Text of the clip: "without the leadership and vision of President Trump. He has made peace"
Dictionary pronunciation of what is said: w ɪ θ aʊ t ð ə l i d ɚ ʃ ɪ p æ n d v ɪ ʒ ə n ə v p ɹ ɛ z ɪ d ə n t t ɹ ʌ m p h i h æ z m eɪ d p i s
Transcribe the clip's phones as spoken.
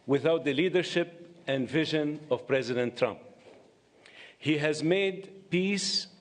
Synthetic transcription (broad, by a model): w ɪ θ aʊ t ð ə l i d ɚ ʃ ɪ p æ n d v ɪ ʒ ə n ə v p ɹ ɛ z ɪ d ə n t t ɹ ʌ m p h i h æ z m eɪ d p i s